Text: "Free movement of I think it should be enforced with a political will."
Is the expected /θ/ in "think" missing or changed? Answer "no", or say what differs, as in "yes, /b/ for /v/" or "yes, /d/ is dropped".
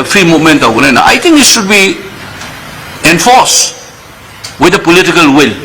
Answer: yes, /t/ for /θ/